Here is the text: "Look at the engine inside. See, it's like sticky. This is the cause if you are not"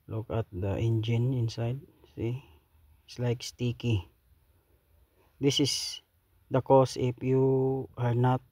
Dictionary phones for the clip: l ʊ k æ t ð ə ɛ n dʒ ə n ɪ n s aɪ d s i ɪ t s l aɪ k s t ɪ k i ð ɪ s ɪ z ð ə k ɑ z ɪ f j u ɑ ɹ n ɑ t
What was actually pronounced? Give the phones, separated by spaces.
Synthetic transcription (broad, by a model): l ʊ k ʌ t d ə ɛ n dʒ ə n ɪ n s aɪ d s i ɪ t s l aɪ k s t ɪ k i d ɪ s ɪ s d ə k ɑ s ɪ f j u ɑ ɹ n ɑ t